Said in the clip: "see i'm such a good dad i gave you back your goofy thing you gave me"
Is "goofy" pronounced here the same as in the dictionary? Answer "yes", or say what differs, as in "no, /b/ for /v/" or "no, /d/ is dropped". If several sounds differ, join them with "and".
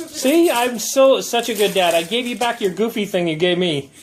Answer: yes